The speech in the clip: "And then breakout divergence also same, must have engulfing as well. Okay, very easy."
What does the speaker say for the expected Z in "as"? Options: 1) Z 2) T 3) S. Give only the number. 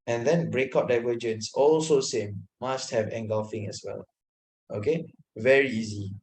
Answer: 3